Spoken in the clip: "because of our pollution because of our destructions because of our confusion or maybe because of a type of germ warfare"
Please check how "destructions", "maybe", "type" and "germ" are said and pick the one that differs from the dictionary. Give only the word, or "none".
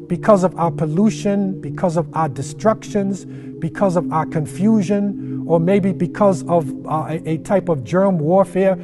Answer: none